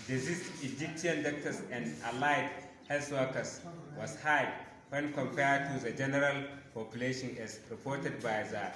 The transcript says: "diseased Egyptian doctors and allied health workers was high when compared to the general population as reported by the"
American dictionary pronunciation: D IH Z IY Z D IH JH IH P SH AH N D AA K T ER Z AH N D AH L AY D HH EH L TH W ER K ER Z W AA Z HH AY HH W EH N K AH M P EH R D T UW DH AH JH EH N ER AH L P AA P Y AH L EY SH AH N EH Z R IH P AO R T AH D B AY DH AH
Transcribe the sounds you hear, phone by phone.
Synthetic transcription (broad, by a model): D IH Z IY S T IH JH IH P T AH N D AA K T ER S AH N D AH L AY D HH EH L S W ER K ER S W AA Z HH AY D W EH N K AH M P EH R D T UW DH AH JH EH N ER AH L P AA P Y AH L EY SH AH N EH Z R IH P AO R T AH D B AY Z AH